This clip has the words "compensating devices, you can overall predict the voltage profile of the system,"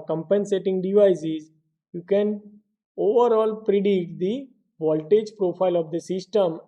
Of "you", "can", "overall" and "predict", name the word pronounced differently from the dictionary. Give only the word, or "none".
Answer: predict